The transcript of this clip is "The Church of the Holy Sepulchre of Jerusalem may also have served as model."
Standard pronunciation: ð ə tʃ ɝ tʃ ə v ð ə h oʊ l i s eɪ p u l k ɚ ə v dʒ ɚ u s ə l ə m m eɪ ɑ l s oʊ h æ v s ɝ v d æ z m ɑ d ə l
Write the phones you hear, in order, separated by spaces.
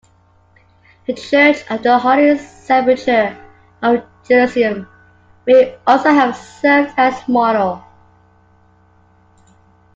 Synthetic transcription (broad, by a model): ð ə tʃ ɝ tʃ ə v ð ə h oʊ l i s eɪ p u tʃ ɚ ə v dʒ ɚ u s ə ə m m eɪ ɑ l s oʊ h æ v s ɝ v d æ s m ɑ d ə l